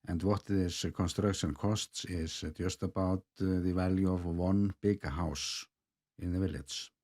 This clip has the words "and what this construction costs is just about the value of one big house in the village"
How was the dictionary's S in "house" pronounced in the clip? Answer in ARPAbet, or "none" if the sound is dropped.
S